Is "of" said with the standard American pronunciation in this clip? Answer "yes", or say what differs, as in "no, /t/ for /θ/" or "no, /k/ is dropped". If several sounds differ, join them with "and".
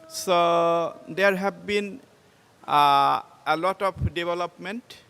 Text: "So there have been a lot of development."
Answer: no, /p/ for /v/